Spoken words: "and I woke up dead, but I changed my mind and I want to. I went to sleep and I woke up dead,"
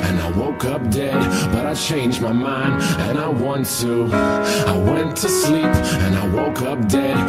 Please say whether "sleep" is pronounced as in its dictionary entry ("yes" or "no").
yes